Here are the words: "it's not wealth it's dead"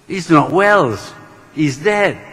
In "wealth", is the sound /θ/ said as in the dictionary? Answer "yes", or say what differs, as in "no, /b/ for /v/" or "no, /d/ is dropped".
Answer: no, /s/ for /θ/